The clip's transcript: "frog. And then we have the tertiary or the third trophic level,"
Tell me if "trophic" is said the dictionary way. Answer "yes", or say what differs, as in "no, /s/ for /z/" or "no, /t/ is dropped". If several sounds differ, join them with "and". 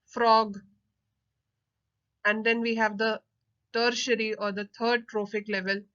yes